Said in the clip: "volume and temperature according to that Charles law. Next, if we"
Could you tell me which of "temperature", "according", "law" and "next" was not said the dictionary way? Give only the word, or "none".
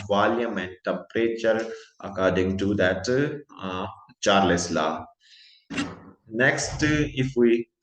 temperature